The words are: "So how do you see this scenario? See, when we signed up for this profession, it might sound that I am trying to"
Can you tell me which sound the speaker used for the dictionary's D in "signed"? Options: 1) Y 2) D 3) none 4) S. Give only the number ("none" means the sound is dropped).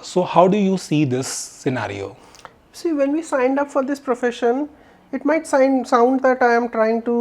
2